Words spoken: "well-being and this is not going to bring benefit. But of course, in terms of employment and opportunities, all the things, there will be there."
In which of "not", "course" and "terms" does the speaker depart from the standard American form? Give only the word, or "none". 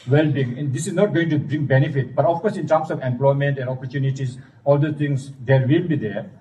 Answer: terms